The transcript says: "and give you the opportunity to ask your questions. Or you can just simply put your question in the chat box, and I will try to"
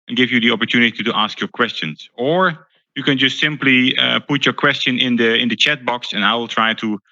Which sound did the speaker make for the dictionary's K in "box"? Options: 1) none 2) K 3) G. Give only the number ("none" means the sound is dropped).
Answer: 2